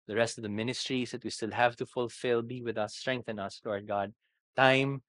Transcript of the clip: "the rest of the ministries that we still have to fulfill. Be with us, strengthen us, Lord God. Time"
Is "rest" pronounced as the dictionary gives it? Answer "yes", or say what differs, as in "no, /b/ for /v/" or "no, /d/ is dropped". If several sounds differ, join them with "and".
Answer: yes